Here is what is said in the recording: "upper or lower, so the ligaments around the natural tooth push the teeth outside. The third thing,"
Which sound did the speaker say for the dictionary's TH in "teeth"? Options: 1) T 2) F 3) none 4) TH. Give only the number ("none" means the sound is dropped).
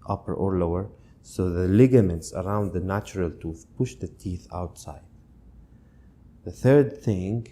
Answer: 4